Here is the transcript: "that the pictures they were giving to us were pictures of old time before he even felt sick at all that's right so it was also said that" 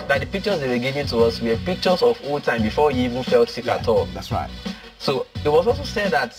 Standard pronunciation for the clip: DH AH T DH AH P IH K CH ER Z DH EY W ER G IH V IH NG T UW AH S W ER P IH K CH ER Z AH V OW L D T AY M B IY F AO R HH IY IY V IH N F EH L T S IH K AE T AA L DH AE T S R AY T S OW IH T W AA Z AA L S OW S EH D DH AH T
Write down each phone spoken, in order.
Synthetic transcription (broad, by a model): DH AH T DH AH P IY K CH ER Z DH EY W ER G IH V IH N T UW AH S W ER P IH K CH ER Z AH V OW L T AY M B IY F AO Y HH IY IY V IH N F EH L T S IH K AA T AA L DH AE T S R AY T S OW IH T W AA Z AA L S OW S EH D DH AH T